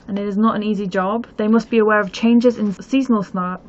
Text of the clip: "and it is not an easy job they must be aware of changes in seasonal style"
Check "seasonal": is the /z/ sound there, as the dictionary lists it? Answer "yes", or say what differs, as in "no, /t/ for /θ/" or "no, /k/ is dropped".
yes